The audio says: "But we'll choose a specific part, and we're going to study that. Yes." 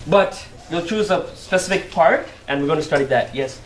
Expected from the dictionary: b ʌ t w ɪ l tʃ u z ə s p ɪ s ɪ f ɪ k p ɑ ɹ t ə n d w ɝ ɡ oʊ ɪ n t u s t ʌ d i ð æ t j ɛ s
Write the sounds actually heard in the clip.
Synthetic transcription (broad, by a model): b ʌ t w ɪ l tʃ u z ə s p ɪ s ɪ f ɪ k p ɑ ɹ t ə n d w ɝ ɡ oʊ ɪ n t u s t ʌ d i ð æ t j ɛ s